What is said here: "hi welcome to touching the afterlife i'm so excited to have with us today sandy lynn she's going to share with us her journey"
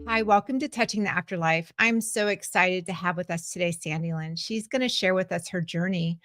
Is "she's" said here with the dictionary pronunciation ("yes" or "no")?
yes